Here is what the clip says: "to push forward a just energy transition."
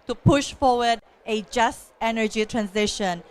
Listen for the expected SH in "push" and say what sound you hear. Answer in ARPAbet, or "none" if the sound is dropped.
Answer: SH